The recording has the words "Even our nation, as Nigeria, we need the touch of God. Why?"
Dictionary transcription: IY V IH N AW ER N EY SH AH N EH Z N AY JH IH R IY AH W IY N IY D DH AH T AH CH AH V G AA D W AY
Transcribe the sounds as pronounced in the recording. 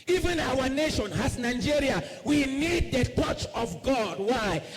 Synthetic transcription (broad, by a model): IY V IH N AW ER N EY SH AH N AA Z N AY JH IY R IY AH W IY N IY D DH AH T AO CH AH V G AA D W AY